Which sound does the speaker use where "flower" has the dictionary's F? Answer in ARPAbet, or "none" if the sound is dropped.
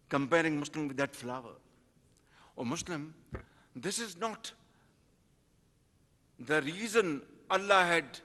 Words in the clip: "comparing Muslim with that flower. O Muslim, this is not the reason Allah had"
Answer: F